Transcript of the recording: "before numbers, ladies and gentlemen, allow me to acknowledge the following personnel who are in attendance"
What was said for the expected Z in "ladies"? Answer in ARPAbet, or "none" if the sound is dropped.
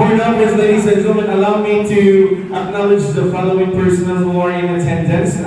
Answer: S